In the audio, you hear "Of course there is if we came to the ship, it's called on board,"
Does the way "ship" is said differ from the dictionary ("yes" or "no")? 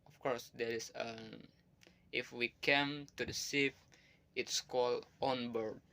yes